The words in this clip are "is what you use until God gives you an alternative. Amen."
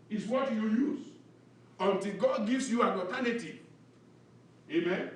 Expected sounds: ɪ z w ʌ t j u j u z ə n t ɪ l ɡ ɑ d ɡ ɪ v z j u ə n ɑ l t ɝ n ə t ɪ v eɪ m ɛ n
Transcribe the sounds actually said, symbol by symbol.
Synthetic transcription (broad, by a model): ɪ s w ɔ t j u j u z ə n t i l ɡ ɑ d ɡ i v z j u ə n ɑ t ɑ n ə t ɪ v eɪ m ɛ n